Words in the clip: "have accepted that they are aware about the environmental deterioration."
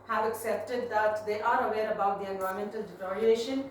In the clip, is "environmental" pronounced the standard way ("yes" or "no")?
no